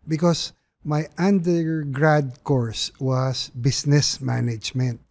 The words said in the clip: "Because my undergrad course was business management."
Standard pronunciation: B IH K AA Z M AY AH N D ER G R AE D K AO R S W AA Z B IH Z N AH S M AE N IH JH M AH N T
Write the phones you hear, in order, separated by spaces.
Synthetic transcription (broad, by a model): B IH K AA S M AY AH N D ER G R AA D K AO R S W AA S B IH S N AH S M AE N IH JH M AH N T